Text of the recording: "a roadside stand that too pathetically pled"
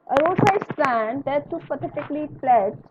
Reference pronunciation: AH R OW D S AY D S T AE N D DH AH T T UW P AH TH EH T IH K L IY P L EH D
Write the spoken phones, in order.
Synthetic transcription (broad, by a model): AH R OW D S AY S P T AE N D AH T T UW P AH T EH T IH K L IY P L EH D